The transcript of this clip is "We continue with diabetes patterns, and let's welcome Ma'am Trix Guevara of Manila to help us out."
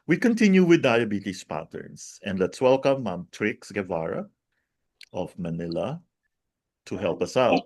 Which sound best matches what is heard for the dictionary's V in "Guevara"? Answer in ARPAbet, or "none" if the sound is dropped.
V